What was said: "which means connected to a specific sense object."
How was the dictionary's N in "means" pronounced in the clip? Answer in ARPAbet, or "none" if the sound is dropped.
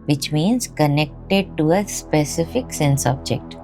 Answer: N